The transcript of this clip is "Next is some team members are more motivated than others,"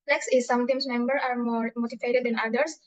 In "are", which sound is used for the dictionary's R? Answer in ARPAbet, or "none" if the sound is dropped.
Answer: R